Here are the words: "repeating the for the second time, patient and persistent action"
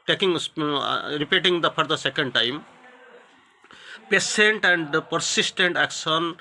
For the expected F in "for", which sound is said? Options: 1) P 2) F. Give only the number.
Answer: 1